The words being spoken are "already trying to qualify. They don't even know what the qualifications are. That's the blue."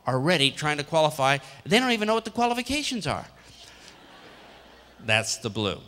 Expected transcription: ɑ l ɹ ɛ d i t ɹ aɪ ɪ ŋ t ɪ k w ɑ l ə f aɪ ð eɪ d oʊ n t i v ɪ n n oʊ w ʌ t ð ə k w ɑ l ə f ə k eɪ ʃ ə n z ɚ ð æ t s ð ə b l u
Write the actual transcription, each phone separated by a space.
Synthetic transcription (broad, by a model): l ɹ ɛ d i t ɹ aɪ ɪ ŋ t ɪ k w ɑ l ə f aɪ ð eɪ d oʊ n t i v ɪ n n oʊ w ʌ t ð ə k w ɑ l ə f ə k eɪ ʃ ə n z ɚ ð æ t s ð ə b l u